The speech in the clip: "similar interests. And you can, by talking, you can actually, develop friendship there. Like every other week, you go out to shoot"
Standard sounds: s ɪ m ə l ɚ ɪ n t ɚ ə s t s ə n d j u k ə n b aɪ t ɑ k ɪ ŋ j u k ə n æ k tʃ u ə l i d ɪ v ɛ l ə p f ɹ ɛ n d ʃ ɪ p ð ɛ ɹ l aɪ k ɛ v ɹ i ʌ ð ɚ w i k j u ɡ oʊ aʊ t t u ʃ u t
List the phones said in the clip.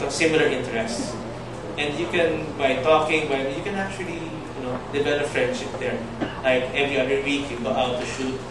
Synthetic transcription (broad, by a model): s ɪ m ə l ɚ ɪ n t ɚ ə s t s ə n d j u k ə n b aɪ t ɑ k ɪ ŋ j u k ə n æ k tʃ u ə l i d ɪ b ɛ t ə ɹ f ɹ ɛ n d ʃ ɪ p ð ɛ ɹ l aɪ k ɛ v ɹ i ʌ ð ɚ w i k j u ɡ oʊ aʊ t t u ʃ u t